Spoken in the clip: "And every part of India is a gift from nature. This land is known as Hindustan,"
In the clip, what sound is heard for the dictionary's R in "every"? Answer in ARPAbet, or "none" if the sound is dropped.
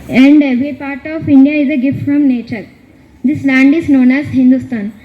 none